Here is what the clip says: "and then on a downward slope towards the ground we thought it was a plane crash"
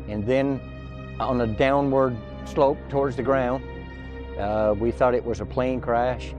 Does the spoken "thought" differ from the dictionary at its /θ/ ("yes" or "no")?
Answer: no